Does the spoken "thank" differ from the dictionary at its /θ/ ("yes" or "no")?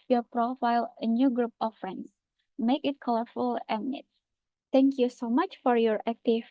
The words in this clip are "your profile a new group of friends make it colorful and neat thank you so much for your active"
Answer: yes